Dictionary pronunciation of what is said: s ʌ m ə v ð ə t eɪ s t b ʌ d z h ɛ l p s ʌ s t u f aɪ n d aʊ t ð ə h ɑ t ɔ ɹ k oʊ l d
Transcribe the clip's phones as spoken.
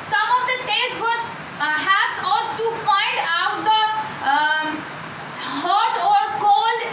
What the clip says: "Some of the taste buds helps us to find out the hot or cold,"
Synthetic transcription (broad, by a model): s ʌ m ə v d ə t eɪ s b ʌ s h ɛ p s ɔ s t u f aɪ n d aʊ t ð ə h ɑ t ɔ ɹ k oʊ l